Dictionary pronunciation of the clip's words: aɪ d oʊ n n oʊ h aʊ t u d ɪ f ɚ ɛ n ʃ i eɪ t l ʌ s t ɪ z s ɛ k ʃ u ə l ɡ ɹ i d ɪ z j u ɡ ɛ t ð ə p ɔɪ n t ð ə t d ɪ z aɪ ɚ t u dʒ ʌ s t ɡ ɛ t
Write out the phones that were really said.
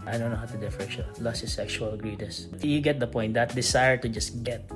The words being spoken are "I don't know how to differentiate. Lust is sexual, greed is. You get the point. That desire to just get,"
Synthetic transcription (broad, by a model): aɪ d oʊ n n oʊ h aʊ t u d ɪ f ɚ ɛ ʃ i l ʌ s ɪ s ɛ k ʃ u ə l ɡ ɹ i d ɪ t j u ɡ ɛ t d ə p ɔɪ n t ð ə t d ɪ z aɪ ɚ t u dʒ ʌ s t ɡ ɛ t